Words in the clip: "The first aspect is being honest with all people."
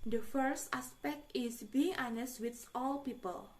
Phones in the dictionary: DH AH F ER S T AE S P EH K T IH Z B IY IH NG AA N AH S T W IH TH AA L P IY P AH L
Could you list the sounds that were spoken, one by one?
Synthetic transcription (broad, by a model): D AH F ER S T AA S P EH K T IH S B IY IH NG AA N AH S T W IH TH AA L P IY P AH L